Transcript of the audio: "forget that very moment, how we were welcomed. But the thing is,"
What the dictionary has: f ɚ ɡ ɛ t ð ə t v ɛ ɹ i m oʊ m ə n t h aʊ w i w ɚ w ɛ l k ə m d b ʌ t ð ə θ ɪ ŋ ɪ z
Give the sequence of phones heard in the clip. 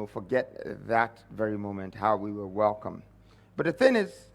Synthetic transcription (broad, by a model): f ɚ ɡ ɛ t ð ə t v ɛ ɹ i m oʊ m ə n t h aʊ w i w ɚ w ɛ l k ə m b ʌ t ð ə θ ɪ ŋ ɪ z